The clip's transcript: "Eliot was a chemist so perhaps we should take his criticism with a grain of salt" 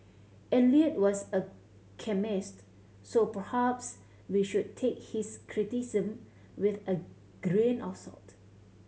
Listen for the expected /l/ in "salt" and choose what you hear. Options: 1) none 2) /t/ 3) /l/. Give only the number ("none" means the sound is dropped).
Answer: 3